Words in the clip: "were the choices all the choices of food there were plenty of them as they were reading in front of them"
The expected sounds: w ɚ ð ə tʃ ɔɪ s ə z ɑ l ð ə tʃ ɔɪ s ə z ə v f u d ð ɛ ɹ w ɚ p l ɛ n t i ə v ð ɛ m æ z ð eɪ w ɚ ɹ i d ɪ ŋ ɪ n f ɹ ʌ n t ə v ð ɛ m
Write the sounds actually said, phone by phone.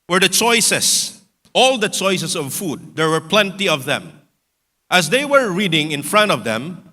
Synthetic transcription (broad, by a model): w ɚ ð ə tʃ ɔɪ s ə s ɑ l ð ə tʃ ɔɪ s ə s ə v f u d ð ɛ ɹ w ɚ p l ɛ n t i ə v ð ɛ m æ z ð eɪ w ɚ ɹ i d ɪ ŋ ɪ n f ɹ ʌ n t ə v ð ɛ m